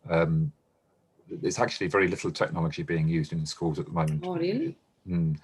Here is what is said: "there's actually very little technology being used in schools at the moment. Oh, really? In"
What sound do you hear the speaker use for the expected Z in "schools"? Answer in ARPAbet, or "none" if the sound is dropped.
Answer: Z